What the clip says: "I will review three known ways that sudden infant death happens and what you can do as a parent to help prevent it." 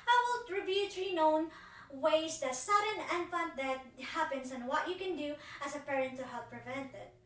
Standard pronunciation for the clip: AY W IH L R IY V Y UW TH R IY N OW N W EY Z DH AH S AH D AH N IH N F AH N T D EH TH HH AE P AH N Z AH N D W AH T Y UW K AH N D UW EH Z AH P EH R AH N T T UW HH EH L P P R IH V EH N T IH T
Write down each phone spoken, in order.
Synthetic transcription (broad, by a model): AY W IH L R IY B Y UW T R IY N OW N W EY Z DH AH S AH D AH N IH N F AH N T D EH T HH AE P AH N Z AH N W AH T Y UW K AH N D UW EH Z AH P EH R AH N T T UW HH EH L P P R IH V EH N T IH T